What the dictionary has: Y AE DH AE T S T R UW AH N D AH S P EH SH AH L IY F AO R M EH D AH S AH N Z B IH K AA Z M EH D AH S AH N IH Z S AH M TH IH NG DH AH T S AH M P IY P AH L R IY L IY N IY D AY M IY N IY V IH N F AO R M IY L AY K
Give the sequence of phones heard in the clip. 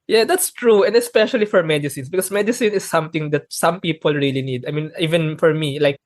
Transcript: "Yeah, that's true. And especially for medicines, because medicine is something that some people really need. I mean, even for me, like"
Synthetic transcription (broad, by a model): Y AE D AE T S T R UW AH N D AH S P EH SH AH L IY F AO R M EH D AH S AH N S B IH K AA S M EH D AH S AH N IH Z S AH M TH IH NG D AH T S AH M P IY P AH L R IY L IY N IY D AY M IY N IY V IH N F AO R M IY L AY K